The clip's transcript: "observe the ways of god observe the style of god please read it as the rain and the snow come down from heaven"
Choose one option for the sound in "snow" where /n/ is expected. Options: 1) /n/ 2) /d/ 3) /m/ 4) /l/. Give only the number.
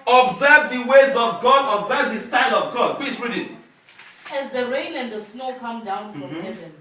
1